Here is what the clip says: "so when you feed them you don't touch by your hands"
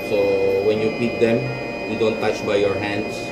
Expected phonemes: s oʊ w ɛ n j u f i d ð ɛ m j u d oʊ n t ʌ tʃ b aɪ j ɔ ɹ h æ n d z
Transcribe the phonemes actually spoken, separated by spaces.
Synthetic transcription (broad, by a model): s oʊ w ɛ n j u p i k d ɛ m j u d oʊ n t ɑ tʃ b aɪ j ɔ ɹ h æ n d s